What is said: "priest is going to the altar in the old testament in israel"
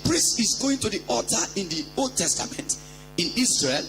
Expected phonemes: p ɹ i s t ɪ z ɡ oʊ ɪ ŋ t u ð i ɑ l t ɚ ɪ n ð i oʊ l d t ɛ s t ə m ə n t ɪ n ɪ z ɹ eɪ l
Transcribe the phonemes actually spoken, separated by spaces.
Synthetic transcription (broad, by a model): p ɹ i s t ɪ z ɡ oʊ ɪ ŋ t u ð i ɑ t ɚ ɪ n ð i oʊ l d t ɛ s t ə m ə n t ɪ n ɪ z ɹ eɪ l